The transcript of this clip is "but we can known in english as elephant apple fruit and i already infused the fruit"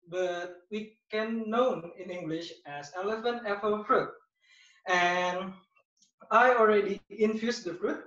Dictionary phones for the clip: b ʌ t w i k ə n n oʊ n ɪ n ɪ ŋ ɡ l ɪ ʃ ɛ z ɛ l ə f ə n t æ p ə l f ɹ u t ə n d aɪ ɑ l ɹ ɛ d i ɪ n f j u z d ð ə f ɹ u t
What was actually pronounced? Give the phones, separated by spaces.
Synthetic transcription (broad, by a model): b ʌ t w i k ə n n oʊ n ɪ n ɪ ŋ ɡ l ɪ ʃ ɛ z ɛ l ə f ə n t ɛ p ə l f ɹ u t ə n aɪ ɑ l ɹ ɛ d i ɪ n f j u s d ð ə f ɹ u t